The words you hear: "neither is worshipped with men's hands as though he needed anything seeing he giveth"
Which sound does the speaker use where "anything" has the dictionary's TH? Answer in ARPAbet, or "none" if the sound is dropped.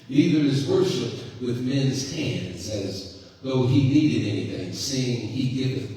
TH